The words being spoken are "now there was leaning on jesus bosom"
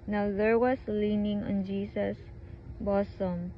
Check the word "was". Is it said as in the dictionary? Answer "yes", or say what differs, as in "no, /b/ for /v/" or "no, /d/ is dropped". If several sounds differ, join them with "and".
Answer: no, /s/ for /z/